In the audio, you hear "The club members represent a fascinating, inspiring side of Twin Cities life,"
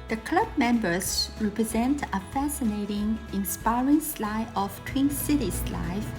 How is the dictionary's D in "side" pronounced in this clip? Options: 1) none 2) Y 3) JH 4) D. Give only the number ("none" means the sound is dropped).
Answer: 1